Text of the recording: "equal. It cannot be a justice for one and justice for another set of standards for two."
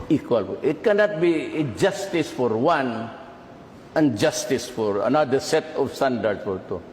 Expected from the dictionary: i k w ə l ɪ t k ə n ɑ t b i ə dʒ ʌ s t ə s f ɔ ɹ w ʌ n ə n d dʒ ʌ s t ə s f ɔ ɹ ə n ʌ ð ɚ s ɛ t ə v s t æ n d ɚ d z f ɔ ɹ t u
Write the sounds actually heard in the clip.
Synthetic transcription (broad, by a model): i k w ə l ɪ t k ə n ɑ t b i dʒ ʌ s t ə s f ɔ ɹ w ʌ n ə n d dʒ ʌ s t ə s f ɔ ɹ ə n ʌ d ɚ s ɛ t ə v s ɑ n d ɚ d f ɔ ɹ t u